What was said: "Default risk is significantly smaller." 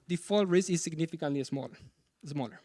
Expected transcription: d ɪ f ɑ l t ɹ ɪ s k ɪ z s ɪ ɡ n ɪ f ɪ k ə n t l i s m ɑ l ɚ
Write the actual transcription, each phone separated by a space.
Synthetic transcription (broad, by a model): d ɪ f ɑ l ɹ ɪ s ɪ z s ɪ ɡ n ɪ f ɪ k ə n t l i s m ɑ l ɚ